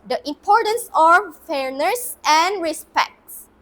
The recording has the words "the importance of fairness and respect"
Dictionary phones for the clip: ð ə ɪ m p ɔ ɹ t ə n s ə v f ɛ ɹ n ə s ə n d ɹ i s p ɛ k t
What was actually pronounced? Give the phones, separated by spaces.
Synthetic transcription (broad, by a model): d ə ɪ m p ɔ ɹ t ə n s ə f ɛ ɹ n ə s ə n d ɹ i s p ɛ k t